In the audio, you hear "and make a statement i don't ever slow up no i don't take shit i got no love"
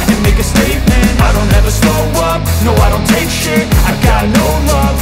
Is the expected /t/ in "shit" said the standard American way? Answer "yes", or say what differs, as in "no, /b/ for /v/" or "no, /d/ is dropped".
no, /t/ is dropped